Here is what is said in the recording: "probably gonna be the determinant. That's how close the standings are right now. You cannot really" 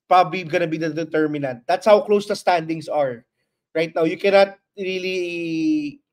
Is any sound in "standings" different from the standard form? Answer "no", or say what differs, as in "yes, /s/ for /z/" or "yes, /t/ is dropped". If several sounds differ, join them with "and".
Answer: yes, /s/ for /z/